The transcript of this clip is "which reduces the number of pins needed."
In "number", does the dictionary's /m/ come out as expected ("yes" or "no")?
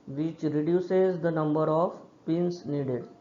yes